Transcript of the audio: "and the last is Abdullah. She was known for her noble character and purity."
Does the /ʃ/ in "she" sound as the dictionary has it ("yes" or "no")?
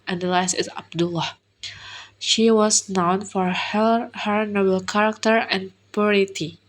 yes